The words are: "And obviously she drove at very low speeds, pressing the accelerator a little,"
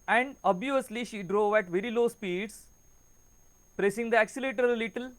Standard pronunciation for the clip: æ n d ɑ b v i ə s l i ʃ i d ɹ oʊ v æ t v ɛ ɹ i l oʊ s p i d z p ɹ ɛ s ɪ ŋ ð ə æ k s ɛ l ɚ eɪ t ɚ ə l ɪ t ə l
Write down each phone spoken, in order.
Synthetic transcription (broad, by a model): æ n d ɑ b i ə s l i ʃ i d ɹ oʊ v æ t v ɛ ɹ i l oʊ s p i d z p ɹ ɛ s ɪ ŋ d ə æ k s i l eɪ t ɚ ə l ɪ t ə l